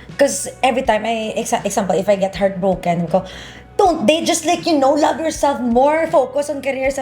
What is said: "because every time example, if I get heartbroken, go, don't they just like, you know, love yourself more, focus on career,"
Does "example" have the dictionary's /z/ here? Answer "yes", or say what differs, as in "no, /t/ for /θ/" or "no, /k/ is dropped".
no, /s/ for /z/